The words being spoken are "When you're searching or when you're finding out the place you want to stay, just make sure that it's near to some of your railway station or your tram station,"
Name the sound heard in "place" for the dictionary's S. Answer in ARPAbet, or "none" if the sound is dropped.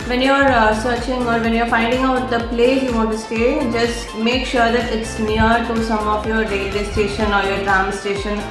none